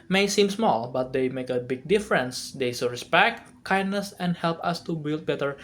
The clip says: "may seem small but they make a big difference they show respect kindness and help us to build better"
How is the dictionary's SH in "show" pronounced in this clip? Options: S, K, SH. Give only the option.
S